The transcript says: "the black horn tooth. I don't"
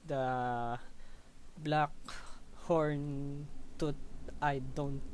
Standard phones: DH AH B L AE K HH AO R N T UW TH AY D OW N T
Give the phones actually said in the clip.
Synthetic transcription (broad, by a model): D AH B L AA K HH AO R N T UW T AY D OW N T